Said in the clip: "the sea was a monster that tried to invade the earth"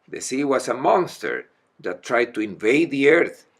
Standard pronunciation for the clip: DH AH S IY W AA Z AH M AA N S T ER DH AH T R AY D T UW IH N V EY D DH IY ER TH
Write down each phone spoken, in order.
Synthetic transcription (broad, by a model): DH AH S IY W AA S AH M AA N S T ER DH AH T R AY D T UW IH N V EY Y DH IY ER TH